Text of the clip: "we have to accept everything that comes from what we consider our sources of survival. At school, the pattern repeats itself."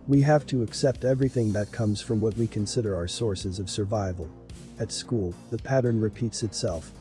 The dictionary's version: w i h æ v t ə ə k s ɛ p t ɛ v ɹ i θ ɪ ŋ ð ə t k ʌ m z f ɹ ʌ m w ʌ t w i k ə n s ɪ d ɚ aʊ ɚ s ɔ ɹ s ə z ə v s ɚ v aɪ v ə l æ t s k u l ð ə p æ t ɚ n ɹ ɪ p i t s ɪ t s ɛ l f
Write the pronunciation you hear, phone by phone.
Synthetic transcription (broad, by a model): w i h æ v t ə ə k s ɛ p t ɛ v ɹ i θ ɪ ŋ ð ə t k ʌ m z f ɹ ʌ m w ʌ t w i k ə n s ɪ d ɚ aʊ ɚ s ɔ ɹ s ə z ə v s ɚ v aɪ v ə l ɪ t s k u l ð ə p æ t ɚ n ɹ ɪ p i t s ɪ t s ɛ l f